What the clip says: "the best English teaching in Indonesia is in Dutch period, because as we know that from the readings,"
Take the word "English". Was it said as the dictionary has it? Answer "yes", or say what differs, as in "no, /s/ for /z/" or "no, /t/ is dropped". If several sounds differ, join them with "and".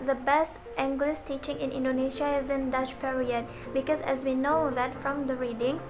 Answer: no, /s/ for /ʃ/